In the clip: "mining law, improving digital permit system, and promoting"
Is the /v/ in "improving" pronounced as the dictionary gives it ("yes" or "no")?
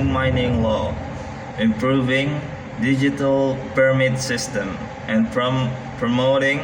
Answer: yes